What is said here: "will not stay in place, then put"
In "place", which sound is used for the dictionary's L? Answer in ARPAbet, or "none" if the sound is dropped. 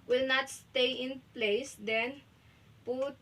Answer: L